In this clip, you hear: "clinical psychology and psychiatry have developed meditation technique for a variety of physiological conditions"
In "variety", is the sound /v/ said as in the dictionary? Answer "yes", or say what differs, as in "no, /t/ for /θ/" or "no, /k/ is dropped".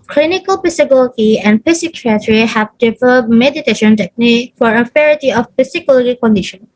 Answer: no, /f/ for /v/